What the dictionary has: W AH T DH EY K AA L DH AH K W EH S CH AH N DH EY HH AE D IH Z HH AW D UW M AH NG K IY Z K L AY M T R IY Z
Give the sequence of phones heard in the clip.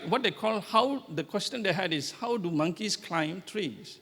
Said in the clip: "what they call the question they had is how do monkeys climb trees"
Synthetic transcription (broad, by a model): W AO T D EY K AA L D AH K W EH S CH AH N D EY HH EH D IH S HH AW D UW M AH NG K IY S K L AY M T R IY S